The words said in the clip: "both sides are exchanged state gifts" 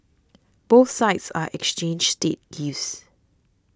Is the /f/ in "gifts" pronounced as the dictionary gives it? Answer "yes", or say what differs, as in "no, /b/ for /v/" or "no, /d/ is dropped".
no, /f/ is dropped